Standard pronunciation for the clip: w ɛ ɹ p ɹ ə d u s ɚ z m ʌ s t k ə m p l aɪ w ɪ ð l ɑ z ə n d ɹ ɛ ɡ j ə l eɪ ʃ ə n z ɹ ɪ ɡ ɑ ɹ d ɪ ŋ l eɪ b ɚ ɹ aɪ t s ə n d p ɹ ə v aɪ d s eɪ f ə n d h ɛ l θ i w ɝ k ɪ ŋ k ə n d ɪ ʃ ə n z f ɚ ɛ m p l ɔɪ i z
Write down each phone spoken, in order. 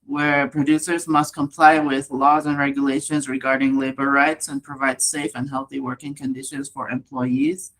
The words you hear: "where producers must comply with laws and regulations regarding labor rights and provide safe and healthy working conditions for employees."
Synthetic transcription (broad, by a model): w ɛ ɹ p ɹ ə d u s ɚ z m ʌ s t k ə m p l aɪ w ɪ ð l ɑ z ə n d ɹ ɛ ɡ j ə l eɪ ʃ ə n z ɹ ɪ ɡ ɑ ɹ d ɪ ŋ l eɪ b ɚ ɹ aɪ t s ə n p ɹ ə v aɪ d s eɪ f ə n h ɛ l θ i w ɝ k ɪ ŋ k ə n d ɪ ʃ ə n z f ɚ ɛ m p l ɔɪ i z